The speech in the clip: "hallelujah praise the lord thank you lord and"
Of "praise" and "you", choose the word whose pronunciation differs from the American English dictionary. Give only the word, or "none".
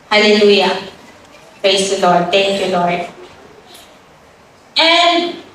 praise